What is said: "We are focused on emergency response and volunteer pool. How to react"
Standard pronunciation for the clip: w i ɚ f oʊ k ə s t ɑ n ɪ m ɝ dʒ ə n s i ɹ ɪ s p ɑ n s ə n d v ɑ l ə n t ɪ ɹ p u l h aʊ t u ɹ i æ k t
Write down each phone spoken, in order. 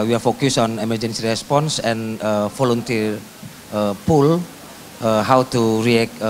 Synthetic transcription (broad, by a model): w i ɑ f oʊ k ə s ɑ n ɪ m ɝ dʒ ə n s i ɹ ɪ s p ɑ n s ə n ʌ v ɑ l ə n t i ɹ p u l h aʊ t u ɹ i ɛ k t